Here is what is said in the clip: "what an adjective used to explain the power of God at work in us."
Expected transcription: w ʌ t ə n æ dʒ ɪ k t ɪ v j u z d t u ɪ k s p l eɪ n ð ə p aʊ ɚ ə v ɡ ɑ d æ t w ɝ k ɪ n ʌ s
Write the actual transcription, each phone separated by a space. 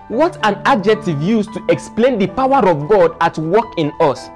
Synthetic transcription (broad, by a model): w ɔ t ə n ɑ dʒ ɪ k t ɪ v j u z t u ɪ k s p l eɪ n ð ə p aʊ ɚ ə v ɡ ɑ d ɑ t w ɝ k ɪ n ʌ s